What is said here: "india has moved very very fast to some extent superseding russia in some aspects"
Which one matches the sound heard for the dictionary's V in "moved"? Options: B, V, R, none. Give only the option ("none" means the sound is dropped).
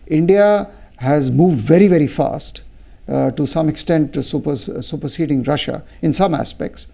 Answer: V